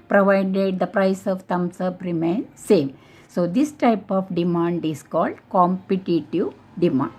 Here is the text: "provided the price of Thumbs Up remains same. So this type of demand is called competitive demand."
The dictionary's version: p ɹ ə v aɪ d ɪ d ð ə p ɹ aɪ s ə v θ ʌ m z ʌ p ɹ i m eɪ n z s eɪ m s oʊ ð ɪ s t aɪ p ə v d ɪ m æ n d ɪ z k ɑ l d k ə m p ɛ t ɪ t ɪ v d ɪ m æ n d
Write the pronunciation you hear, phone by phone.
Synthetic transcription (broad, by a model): p ɹ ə v aɪ d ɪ d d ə p ɹ aɪ s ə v t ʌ m s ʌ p ɹ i m eɪ n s eɪ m s oʊ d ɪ s t aɪ p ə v d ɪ m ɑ n d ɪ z k ɑ l d k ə m p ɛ t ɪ t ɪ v d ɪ m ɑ n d